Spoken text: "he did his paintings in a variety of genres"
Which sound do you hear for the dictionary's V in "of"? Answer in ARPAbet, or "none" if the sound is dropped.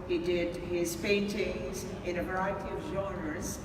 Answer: V